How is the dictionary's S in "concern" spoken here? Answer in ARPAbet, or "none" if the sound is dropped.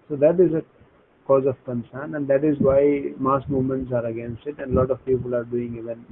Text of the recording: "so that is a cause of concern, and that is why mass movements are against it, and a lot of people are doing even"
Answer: S